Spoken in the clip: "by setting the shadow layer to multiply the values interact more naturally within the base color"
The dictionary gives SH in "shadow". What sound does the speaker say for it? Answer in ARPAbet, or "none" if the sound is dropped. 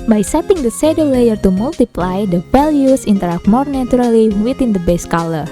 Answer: S